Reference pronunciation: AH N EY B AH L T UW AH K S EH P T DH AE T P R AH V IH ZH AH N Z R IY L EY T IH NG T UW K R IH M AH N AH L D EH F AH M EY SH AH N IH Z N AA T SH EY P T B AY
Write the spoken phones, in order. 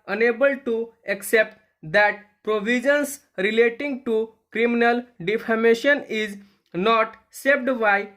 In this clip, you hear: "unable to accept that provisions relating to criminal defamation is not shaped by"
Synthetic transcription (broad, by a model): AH N EY B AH L T UW AH K S EH P T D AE T P R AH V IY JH AH N S R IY L EY T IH NG T UW K R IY M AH N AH L D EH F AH M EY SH AH N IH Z N AA T S EY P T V AY